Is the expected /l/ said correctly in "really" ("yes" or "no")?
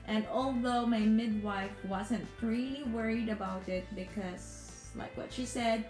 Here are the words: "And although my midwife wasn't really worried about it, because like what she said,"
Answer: no